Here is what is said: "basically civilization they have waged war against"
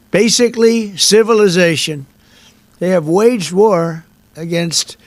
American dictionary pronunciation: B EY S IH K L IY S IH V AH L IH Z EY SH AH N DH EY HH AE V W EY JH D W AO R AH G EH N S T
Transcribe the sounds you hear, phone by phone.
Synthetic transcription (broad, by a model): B EY S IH K L IY S IH V AH L IH Z EY SH AH N DH EY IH V W EY JH D W AO R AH G EH N S T